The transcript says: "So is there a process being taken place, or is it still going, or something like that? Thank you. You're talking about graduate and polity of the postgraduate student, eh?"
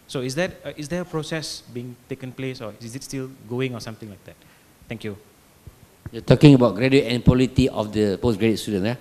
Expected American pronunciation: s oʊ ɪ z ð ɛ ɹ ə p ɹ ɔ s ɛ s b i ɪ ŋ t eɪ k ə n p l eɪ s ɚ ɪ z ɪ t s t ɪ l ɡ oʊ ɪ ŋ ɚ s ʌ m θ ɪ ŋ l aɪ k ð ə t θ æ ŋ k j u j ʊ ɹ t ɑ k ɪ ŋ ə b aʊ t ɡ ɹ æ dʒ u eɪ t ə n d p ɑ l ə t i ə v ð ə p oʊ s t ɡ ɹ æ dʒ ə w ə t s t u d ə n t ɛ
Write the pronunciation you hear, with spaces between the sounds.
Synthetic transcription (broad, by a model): s oʊ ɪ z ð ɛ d ə p ɹ ɔ s ɛ s b i ɪ ŋ t eɪ k ə n p l eɪ s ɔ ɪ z ɪ t s t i l ɡ oʊ ɪ ŋ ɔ s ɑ m t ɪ ŋ l aɪ k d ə t t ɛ ŋ k j u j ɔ t ɑ k ɪ ŋ ə b aʊ t ɡ ɹ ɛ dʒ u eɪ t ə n p ɑ l ə t i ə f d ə p oʊ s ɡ ɹ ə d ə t s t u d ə n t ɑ